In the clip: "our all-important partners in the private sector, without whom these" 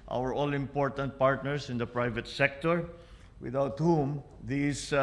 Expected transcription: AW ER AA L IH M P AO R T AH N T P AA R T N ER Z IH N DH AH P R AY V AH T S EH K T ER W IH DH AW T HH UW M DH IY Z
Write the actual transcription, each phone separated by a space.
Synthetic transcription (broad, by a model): AW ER AA L IH M P AO R T AH N T P AA R T N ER S IH N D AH P R AY V AH T S EH K T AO W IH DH AW T HH UW M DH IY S